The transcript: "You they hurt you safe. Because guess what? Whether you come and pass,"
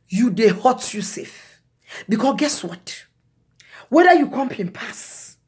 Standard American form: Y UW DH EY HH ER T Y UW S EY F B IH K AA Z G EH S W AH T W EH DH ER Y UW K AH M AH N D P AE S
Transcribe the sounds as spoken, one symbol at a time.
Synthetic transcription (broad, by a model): Y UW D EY HH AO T Y UW S EY F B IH K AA G EH S W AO T W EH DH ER Y UW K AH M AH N P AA S